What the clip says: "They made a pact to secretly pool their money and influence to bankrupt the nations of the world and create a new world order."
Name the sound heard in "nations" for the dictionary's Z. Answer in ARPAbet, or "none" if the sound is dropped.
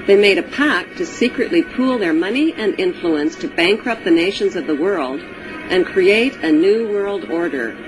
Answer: Z